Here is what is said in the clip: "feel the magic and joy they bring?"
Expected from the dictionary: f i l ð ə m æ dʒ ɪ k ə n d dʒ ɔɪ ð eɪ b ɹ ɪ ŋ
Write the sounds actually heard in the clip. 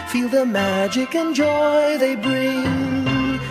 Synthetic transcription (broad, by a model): f i l ð ə m æ dʒ ɪ k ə n dʒ ɔɪ ð eɪ b ɹ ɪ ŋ